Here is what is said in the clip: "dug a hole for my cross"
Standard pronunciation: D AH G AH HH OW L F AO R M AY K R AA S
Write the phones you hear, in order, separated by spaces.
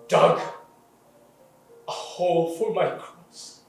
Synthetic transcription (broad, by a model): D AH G AH HH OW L F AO L M AY K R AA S